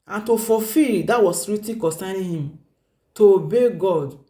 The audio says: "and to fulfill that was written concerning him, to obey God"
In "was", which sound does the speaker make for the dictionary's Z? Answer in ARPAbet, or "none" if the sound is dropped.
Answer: S